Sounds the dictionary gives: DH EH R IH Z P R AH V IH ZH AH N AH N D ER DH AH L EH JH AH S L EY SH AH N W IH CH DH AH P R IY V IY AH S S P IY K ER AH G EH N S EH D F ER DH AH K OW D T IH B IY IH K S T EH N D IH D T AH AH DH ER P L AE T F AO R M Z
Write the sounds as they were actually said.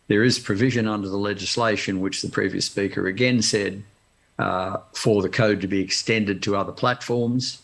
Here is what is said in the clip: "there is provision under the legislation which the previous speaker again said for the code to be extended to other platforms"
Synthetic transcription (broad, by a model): DH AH R IH Z P R AH V IH ZH AH N AH N D ER DH AH L EH JH AH S L EY SH AH N W IH CH DH AH P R IY V IY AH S S P IY K ER AH G EH N S EH D F ER DH AH K OW D T IH B IY IH K S T EH N D IH D T AH AH DH ER P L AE T F AO R M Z